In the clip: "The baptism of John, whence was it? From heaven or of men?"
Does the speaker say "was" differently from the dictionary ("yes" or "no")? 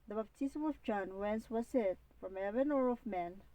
yes